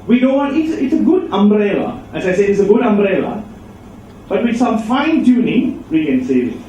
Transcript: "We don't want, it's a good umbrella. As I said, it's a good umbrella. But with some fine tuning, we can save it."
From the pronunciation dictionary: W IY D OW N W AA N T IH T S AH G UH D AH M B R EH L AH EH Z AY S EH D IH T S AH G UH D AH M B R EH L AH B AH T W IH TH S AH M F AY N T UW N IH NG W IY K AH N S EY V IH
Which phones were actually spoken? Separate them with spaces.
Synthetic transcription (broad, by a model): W IY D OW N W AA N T IH T S AH G UH D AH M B R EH L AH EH S AY S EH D IH T S AH G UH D AH M B R EH L AH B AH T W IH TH S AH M F AY N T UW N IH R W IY K AH N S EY IH